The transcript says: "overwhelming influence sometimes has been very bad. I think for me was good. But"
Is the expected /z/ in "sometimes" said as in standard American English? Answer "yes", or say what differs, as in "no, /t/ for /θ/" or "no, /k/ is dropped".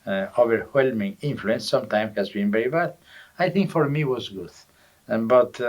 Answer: no, /z/ is dropped